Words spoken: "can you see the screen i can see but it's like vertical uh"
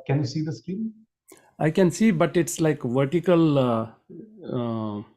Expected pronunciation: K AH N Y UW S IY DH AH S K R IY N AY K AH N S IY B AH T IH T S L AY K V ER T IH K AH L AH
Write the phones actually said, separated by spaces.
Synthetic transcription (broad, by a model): K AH N Y UW S IY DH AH S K IY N AY K AH N S IY B AH T IH T S L AY K V ER T IH K AH L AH